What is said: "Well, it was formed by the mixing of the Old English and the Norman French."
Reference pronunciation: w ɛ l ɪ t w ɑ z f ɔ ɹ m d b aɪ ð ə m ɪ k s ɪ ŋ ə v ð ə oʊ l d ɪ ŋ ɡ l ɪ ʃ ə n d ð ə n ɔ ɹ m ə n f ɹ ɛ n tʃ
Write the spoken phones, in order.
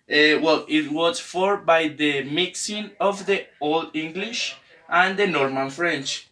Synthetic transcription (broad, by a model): w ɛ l ɪ t w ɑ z f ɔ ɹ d b aɪ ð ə m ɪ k s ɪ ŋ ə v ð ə oʊ l d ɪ ŋ ɡ l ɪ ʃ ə n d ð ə n ɔ ɹ m ə n f ɹ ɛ n tʃ